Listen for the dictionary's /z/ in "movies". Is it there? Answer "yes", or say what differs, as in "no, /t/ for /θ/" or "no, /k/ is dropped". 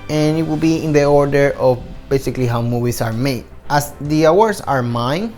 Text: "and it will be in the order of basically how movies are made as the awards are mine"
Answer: no, /s/ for /z/